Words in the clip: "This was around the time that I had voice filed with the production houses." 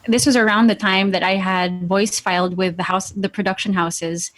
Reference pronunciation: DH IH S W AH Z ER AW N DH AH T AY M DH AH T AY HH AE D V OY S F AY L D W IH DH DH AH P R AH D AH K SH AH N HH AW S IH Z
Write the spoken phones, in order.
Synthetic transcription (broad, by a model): DH IH S W AH Z ER AW N DH AH T AY M DH AH T AY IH D V OY S F AY L D W IH DH DH AH P R AH D AH K SH AH N HH AW S IH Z